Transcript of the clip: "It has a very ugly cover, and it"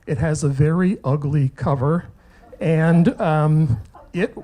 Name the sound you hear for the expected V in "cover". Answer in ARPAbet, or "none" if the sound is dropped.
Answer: V